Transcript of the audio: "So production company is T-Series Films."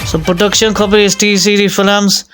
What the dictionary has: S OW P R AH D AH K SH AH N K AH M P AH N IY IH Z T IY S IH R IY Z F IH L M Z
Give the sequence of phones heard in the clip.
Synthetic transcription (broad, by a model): S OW P R AH D AH K SH AH N K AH P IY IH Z T IY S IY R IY F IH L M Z